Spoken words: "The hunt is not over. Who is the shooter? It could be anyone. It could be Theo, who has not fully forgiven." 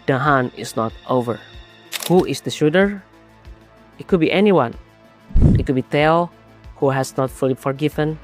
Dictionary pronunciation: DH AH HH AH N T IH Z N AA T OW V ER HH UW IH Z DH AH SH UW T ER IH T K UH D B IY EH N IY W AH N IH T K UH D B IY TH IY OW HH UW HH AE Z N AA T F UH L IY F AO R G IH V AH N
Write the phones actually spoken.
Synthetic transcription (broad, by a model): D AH HH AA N IH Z N AA T OW V ER HH UW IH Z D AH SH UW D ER IH T K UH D B IY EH N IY W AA N IH T K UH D B IY T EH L HH UW HH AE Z N AA T F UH L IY F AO R G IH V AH N